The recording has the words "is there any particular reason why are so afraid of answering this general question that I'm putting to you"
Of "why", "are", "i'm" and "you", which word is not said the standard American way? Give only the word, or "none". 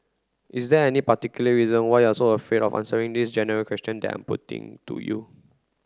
are